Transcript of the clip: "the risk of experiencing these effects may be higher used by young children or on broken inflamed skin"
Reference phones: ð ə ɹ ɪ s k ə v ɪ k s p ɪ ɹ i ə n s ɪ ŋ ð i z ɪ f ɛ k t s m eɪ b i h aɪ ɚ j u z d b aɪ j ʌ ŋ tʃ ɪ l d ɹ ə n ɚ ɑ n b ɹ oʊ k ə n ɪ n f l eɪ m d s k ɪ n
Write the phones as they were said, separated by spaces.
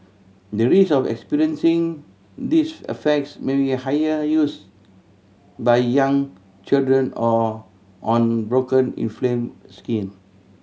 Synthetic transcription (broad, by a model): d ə ɹ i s ə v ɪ k s p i ɹ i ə n s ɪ ŋ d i s ɪ f ɛ k t s m eɪ b i h aɪ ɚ j u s b aɪ j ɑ ŋ tʃ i l d ɹ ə n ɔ ɑ n b ɹ oʊ k ə n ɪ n f l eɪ m s k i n